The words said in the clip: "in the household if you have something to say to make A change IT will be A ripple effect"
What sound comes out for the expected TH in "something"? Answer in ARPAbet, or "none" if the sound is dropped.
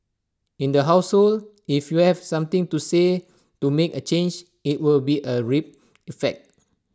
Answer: T